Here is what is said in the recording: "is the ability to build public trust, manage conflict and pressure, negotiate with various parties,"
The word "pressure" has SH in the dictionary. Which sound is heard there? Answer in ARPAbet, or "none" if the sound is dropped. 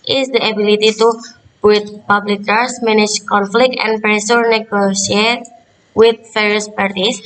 S